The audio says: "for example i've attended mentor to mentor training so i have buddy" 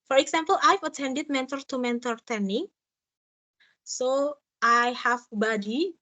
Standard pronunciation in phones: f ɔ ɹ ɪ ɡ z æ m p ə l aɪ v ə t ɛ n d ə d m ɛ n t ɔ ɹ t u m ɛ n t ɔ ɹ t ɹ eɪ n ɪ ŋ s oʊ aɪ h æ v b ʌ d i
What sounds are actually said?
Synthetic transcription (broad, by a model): f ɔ ɹ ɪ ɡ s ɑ m p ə l aɪ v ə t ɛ n d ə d m ɛ n t ɔ ɹ t u m ɛ n t ɔ ɹ t eɪ n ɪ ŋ s oʊ aɪ h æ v b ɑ d i